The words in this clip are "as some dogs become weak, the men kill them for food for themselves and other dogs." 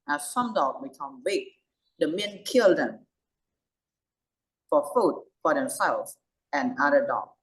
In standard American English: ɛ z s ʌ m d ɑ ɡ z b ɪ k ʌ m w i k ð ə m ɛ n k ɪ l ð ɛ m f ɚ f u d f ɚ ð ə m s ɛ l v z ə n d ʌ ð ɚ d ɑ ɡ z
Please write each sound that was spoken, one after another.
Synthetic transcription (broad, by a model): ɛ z s ʌ m d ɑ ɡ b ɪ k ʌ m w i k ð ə m ɛ n k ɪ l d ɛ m f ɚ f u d f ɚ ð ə m s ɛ l z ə n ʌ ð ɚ d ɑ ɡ